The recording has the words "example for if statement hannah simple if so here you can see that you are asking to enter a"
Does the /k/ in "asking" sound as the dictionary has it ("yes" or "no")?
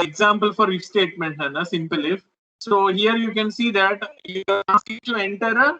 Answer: no